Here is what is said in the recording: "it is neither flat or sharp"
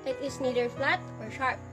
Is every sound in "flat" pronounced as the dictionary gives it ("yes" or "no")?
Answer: yes